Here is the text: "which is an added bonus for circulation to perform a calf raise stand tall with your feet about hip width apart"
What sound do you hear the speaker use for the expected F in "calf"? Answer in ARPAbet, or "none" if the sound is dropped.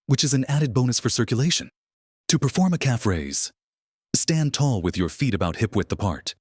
F